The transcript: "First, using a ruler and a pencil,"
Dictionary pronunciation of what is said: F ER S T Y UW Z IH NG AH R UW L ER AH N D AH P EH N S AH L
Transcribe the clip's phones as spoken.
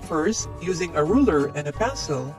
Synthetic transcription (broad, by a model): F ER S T Y UW Z IH NG AH R UW L ER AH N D AH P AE S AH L